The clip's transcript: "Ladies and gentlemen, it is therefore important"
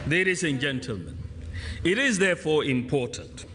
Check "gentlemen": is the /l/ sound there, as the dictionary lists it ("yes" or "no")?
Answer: yes